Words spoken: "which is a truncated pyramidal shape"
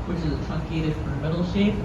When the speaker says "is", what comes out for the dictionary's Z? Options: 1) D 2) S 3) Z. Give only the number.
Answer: 3